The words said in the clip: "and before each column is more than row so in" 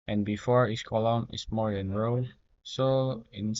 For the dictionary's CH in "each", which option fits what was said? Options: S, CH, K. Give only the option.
S